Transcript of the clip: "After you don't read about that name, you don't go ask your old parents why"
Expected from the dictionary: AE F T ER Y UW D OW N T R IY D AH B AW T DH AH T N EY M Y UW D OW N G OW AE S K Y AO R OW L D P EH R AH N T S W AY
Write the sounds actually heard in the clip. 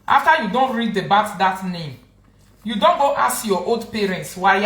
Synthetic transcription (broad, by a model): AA F T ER Y UW D OW N T R IY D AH B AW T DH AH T N EY M Y UW D OW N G OW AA S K Y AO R OW L D P EH R AH N T S W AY